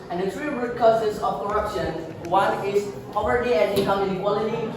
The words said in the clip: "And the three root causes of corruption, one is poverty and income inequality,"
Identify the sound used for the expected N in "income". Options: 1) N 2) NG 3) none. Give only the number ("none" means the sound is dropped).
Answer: 3